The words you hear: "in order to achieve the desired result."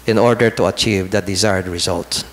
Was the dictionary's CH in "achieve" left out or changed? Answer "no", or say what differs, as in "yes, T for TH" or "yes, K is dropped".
no